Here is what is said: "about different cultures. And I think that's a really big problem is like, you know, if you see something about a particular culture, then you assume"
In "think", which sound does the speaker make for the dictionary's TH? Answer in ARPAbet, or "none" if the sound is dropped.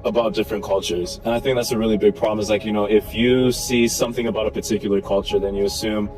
TH